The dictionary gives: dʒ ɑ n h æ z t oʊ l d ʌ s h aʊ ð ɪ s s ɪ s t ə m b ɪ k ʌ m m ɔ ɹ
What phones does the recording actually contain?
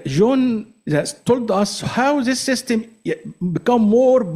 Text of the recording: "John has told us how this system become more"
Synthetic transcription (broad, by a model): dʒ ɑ n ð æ s t oʊ l d ʌ s h aʊ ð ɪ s s ɪ s t ə m b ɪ k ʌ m m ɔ ɹ